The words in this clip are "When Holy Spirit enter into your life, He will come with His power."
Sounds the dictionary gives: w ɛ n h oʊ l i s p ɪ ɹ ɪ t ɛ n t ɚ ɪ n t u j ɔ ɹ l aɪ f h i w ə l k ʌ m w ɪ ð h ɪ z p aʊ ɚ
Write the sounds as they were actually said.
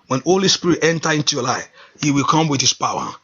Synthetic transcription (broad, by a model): w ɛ n h oʊ l i s p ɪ ɹ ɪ t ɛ n t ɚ ɪ n t u j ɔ l aɪ f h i w ə l k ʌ m w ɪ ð h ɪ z p aʊ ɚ